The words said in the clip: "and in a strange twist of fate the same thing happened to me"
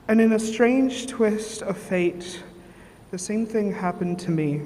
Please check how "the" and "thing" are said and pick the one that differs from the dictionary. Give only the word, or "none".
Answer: none